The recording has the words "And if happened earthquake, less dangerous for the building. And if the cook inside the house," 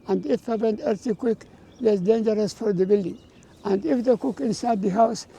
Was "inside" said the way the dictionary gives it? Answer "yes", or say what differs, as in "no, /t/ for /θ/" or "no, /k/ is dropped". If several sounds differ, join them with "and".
yes